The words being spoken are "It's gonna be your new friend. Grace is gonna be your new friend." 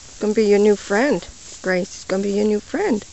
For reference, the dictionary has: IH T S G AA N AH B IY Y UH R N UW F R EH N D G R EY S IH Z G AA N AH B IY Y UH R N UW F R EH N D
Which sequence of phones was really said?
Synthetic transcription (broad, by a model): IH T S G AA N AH B IY Y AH R N UW F R EH N D G R EY S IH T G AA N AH B IY Y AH R N UW F R EH N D